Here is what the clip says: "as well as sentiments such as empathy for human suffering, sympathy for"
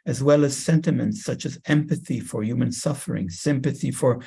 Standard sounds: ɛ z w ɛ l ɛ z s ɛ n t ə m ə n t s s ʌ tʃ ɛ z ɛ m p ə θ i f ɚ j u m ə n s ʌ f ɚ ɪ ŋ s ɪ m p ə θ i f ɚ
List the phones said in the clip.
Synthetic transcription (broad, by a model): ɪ z w ɛ l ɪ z s ɛ n t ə m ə n t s s ʌ tʃ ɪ z ɛ m p ə θ i f ɚ j u m ə n s ʌ f ɚ ɪ ŋ s ɪ m p ə θ i f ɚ